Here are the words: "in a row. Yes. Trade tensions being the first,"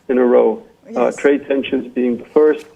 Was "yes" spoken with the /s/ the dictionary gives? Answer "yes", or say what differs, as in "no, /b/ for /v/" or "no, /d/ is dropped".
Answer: no, /s/ is dropped